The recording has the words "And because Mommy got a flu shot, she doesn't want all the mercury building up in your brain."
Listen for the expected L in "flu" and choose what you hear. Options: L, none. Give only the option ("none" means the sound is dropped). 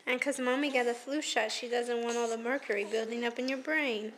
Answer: L